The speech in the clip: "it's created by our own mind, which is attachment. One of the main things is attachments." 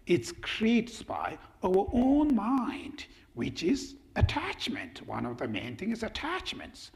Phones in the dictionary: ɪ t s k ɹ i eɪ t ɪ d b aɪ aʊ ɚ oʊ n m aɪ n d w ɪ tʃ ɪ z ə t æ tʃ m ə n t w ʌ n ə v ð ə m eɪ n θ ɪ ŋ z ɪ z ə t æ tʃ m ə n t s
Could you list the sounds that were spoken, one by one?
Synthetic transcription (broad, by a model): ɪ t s k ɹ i eɪ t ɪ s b aɪ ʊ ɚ oʊ n m aɪ n d w ɪ tʃ ɪ z ə t æ tʃ m ə n t w ʌ n ə v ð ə m eɪ n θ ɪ ŋ ɪ z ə t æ tʃ m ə n t s